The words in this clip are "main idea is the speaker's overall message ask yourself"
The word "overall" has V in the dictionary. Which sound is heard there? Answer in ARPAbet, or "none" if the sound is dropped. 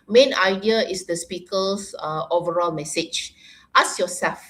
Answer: V